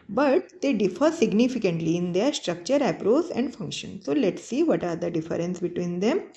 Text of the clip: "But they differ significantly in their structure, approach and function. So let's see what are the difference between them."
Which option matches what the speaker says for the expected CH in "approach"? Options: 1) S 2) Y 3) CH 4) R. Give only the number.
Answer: 1